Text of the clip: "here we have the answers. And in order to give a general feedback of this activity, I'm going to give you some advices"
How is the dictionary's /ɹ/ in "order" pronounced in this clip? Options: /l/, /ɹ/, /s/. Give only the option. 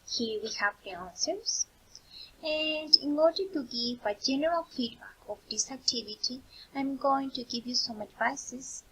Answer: /ɹ/